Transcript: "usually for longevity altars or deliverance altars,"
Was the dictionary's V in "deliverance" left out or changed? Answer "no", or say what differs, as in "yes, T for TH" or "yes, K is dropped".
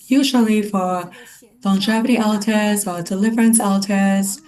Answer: no